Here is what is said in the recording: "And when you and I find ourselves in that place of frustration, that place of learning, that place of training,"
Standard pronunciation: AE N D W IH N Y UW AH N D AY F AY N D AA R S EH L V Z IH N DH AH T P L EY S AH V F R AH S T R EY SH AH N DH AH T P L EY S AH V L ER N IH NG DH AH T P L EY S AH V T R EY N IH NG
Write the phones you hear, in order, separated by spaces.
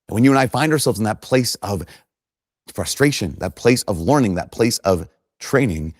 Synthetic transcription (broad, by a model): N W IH N Y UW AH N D AY F AY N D AA R S EH L V Z N DH AH T P L EY S AH V F R AH S T R EY SH AH N DH AH T P L EY S AH V L ER N IH NG DH AH T P L EY S AH V T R EY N IH NG